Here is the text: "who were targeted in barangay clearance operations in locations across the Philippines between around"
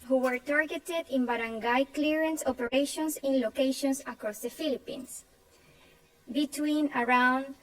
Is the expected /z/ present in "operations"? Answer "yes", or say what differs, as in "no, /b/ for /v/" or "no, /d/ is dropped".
no, /s/ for /z/